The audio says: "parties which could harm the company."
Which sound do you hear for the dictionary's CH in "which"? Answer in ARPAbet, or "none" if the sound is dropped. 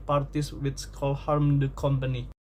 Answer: S